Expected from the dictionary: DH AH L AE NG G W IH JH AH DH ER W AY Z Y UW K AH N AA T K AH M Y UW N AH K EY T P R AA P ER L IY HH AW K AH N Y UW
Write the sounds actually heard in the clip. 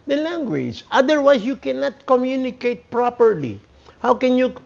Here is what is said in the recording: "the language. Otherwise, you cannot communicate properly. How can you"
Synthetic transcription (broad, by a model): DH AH L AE NG G W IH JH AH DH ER W AY S Y UW K AH N AA T K AH M Y UW N AH K EY T P R AA P ER L IY HH AW K AH N Y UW